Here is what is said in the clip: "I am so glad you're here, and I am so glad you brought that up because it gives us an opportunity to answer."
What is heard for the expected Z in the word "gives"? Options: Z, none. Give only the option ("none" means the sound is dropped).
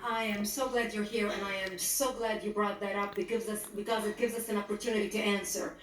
Z